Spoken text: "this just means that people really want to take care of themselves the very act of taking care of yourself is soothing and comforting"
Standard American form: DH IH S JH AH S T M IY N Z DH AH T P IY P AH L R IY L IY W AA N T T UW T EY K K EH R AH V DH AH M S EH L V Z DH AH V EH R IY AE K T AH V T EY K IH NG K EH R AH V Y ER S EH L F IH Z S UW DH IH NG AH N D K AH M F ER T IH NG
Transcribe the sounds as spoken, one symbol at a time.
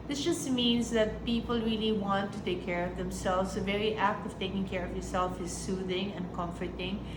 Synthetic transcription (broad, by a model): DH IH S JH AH S T M IY N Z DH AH T P IY P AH L R IY L IY W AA N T T UW T EY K K EH R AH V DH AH M S EH L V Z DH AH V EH R IY AE K T AH V T EY K IH NG K EH R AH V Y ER S EH L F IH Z S UW DH IH NG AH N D K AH M F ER T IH NG